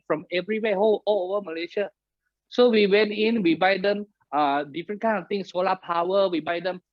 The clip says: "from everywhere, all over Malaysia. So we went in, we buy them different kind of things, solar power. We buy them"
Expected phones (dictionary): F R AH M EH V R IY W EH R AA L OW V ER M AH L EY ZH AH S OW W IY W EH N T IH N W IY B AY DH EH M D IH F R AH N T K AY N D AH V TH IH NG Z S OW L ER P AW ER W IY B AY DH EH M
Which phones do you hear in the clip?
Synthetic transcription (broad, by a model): F R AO M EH V R IY W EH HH AA L OW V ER M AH L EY SH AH S OW W IY W EH N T IH N W IY B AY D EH M D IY F R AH N K AY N AH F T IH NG S OW L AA P AW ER W IY B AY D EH M